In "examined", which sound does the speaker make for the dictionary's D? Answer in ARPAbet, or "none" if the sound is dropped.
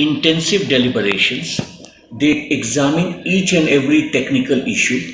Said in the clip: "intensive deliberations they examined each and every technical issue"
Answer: none